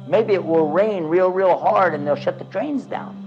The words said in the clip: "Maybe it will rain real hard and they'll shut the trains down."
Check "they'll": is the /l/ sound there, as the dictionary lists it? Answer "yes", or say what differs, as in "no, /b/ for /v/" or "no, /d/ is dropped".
yes